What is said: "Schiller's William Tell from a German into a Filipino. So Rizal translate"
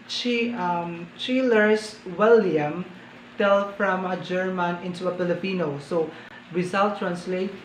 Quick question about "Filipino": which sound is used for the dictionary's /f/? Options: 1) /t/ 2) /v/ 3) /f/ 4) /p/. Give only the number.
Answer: 4